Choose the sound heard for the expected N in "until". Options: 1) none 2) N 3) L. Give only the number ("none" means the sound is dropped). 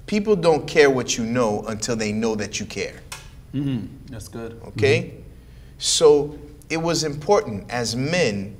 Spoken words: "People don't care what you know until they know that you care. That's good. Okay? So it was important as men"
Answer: 2